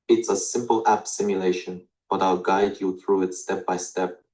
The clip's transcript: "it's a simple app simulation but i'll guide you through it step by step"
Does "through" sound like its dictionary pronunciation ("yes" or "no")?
yes